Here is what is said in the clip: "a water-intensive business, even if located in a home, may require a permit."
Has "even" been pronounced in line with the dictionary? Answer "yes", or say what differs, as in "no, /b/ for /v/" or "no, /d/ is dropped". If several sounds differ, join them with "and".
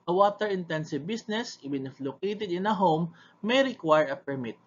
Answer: no, /b/ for /v/